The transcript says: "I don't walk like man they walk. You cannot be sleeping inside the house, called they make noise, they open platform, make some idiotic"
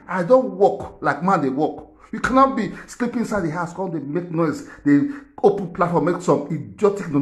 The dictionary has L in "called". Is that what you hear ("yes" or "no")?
no